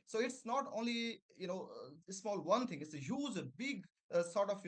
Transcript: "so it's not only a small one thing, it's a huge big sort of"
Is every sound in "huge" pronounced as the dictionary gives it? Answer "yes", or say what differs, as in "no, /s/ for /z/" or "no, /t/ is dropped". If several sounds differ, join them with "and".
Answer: no, /z/ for /dʒ/